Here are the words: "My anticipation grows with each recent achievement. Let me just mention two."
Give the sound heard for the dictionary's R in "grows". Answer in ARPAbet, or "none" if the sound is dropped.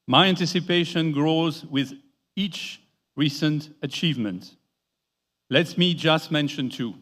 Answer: R